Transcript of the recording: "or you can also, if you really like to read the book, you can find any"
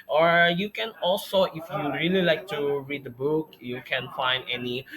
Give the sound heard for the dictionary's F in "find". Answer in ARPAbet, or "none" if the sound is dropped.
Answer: F